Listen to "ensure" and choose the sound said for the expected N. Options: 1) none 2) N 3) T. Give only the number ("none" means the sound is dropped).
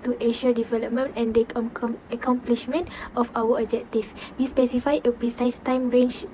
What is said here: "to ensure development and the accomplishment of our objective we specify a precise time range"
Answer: 1